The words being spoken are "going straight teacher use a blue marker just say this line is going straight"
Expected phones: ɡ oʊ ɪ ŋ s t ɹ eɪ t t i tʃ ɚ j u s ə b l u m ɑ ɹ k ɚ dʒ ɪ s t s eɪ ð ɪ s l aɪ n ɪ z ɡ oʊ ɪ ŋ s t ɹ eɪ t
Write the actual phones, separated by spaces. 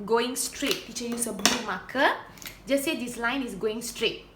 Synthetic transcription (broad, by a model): ɡ oʊ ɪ ŋ s t ɹ eɪ t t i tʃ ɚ j u s ə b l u m ɑ k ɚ dʒ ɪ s s eɪ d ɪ s l aɪ n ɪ s ɡ oʊ ɪ ŋ s t ɹ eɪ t